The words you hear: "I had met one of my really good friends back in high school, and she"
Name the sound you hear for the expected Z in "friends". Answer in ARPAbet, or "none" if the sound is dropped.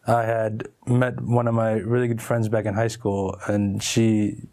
Z